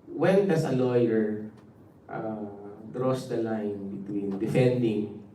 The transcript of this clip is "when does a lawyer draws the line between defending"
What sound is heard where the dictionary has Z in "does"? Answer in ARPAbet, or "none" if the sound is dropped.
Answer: S